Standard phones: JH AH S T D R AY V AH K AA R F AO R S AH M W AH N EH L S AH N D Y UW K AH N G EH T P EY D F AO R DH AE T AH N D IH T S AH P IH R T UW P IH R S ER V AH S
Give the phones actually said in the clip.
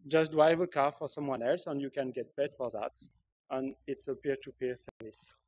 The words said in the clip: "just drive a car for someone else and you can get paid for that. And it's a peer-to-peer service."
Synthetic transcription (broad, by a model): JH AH S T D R AY V AH K AA R F AO R S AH M W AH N EH L S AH N Y UW K AH N G EH T B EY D F AO R DH AE T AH N IH T S AH P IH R T UW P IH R S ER V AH S